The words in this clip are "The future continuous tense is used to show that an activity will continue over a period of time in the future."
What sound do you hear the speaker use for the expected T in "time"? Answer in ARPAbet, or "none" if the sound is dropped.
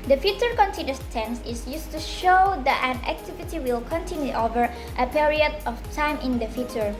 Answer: T